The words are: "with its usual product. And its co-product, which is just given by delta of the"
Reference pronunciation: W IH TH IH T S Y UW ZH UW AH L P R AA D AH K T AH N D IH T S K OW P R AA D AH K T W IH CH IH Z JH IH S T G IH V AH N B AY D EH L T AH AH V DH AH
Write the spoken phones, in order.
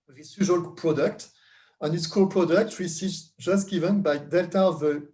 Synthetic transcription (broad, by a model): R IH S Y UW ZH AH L P R AA D AH K T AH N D IH T S K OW P R AA D AH K T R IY S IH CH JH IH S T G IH V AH N B AY D EH L T AH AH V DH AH